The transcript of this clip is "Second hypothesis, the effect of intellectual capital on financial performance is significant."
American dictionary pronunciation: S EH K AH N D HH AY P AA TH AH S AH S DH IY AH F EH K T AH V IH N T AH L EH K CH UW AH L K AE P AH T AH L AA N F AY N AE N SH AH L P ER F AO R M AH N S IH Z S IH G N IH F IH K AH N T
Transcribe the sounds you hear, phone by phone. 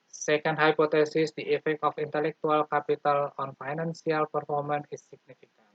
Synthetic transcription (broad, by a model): S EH K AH N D HH AY P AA T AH S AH S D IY AH F EH K T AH F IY N T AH L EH K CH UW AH L K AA P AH T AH L AA N F AY N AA N S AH L P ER F AO R M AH N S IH S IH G N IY F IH K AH N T